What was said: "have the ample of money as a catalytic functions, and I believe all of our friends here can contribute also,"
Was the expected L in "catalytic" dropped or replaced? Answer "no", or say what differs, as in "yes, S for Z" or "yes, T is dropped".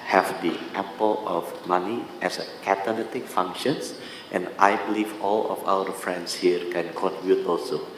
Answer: yes, N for L